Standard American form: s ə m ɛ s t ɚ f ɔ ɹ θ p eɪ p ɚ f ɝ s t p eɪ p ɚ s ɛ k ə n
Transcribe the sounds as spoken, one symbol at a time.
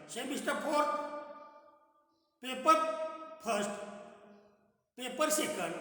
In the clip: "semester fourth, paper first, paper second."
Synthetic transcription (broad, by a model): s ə m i s t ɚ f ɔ ɹ t p eɪ p ɚ p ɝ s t p eɪ p ɚ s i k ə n